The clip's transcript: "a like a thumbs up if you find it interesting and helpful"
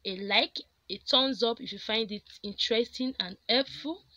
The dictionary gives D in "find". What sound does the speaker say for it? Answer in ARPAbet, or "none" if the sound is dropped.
D